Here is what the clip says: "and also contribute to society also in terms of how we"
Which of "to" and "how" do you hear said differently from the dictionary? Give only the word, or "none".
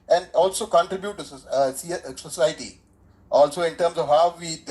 to